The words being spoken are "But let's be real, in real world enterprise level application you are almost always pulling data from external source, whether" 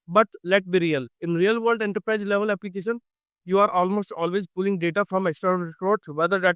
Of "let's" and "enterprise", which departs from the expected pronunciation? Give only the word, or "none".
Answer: let's